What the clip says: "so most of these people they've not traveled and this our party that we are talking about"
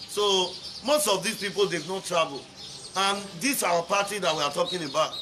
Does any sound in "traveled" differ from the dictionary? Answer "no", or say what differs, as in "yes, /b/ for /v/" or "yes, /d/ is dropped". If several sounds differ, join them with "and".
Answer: yes, /d/ is dropped